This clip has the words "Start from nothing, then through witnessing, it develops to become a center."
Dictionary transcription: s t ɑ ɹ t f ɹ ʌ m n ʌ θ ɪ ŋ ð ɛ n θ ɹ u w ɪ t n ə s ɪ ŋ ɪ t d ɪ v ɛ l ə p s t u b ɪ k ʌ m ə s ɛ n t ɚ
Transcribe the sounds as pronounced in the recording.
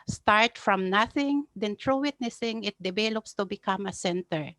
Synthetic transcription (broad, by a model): s t ɑ ɹ t f ɹ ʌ m n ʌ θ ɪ ŋ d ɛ n t ɹ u w ɪ t n ə s ɪ ŋ ɪ t d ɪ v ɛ l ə p s t u b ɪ k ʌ m ə s ɛ n t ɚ